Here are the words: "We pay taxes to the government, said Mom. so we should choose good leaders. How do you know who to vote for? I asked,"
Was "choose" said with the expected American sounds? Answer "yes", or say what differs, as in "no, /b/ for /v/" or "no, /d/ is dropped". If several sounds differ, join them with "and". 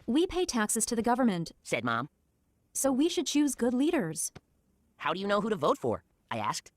yes